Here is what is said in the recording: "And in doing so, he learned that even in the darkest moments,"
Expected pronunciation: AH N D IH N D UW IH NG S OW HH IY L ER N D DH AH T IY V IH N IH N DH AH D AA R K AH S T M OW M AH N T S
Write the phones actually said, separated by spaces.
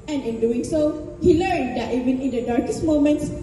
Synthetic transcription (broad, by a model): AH N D IH N D UW IH NG S OW HH IY L ER N D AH T IY V IH N IH N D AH D AA R K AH S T M OW M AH N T S